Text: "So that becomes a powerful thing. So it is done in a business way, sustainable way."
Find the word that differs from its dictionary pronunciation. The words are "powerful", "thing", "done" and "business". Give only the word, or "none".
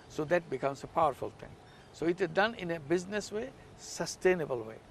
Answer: thing